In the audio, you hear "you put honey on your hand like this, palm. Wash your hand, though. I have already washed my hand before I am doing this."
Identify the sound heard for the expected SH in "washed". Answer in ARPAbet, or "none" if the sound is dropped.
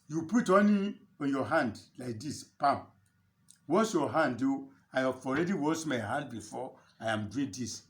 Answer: S